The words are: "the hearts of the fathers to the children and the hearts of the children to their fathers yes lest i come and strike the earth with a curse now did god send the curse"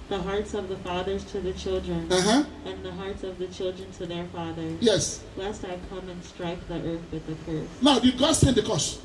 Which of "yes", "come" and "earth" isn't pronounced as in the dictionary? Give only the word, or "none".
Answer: none